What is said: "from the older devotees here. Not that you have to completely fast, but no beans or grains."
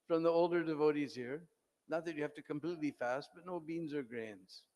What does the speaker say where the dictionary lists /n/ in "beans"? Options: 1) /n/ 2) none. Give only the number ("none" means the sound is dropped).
1